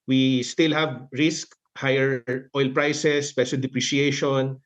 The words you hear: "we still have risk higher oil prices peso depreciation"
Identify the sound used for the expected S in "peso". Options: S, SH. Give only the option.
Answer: SH